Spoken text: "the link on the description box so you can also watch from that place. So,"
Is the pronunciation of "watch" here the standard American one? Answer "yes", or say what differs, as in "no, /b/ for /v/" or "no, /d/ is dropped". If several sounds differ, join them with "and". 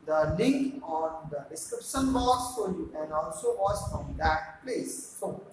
no, /s/ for /tʃ/